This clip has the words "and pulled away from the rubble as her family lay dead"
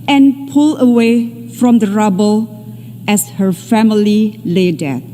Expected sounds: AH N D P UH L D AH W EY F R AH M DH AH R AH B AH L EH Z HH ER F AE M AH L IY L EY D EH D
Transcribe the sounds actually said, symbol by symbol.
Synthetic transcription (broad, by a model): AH N P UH L AH W EY F R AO M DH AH R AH B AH L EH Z HH ER F AE M AH L IY L EY D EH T